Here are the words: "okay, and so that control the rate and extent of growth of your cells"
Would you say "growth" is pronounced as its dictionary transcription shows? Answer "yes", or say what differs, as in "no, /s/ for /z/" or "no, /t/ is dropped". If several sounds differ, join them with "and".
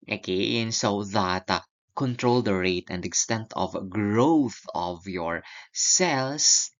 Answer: yes